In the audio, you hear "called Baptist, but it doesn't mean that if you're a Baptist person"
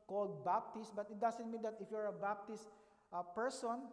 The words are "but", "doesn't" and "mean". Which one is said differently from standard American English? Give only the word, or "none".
doesn't